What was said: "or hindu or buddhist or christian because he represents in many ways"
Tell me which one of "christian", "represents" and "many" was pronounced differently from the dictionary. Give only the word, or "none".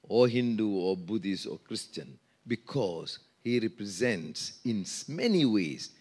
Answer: none